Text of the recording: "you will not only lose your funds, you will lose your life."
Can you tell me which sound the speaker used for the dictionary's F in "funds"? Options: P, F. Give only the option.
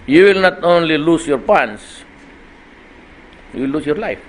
P